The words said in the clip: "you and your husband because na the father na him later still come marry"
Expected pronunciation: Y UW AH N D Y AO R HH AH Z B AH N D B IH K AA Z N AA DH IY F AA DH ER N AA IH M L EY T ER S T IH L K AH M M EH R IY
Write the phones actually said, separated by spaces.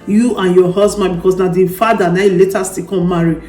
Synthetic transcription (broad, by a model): Y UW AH N Y AO HH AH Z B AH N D B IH K AA S N AA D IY F AA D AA N AA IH L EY T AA S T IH K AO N M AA R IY